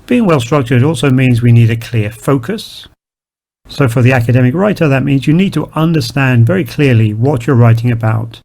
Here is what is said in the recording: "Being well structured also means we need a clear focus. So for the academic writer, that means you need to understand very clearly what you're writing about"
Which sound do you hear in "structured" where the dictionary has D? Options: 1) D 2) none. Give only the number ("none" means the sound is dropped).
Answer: 1